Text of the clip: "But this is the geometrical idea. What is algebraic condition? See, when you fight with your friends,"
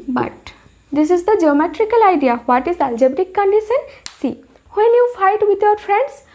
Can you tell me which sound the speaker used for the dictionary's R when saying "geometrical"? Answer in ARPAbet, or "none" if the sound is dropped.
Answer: R